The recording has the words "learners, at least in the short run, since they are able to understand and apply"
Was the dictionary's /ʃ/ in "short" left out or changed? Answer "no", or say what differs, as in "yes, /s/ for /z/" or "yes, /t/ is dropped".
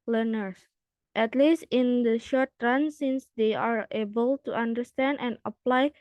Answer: no